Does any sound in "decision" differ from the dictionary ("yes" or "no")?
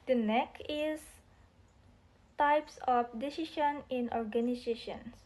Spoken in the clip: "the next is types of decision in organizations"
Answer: yes